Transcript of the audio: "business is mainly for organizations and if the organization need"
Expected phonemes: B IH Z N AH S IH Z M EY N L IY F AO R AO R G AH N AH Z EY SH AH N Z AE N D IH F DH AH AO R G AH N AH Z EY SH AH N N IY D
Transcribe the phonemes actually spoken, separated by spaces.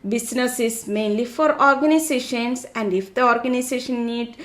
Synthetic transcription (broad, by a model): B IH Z N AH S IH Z M EY N L IY F AO R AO R G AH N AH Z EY SH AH N S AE N D IH F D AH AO R G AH N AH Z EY SH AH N N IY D